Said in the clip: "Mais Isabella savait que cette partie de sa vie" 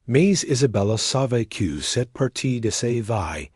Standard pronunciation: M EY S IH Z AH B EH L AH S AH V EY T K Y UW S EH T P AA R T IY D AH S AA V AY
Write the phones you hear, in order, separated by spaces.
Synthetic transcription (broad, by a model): M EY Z IH Z AH B EH L AH S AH V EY K Y UW S EH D P AA R T IY D AH S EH V AY